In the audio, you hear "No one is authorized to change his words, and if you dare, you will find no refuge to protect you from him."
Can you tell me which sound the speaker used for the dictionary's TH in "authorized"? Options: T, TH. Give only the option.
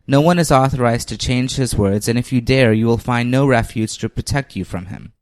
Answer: TH